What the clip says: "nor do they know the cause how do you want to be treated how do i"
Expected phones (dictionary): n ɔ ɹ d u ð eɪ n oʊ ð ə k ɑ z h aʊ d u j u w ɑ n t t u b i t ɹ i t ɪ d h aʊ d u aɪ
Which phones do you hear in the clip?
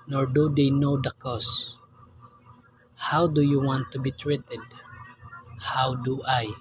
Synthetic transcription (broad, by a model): n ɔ ɹ d u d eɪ n oʊ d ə k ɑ s h aʊ d u j u w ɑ n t t u b i t ɹ i t ɪ d h aʊ d u aɪ